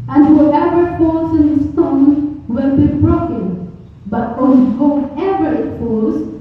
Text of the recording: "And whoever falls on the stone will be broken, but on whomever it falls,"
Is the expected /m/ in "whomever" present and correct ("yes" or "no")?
no